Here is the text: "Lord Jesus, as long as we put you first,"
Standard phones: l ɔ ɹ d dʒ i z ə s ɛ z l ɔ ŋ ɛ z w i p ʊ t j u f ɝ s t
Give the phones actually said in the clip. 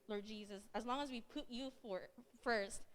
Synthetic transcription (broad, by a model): l ɔ ɹ d dʒ i z ə s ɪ z l ɔ ŋ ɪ z w i p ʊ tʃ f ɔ f ɝ s t